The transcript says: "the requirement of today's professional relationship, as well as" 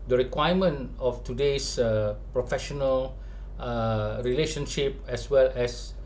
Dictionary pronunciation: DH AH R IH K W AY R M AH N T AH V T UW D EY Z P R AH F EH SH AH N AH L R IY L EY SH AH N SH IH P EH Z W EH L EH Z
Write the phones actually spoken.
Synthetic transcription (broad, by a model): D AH R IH K W AY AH M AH N AH F T UW D EY S P R AH F EH SH AH N AH L R IY L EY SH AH N SH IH P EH S W EH L EH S